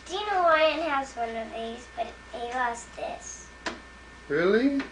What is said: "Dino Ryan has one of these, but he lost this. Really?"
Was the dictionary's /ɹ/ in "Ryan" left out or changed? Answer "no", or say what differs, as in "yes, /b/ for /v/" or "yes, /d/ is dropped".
yes, /w/ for /ɹ/